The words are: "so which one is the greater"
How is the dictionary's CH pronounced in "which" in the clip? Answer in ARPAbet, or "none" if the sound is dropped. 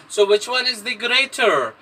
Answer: CH